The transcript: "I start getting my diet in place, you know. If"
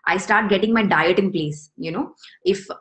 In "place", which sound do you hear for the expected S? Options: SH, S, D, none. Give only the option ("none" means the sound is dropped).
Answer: S